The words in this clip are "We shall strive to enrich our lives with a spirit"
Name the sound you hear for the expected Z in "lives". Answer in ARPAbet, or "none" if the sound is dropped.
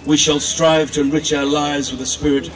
Z